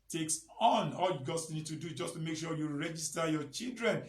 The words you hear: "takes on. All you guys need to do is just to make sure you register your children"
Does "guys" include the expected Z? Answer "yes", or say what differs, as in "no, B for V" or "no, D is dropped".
no, S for Z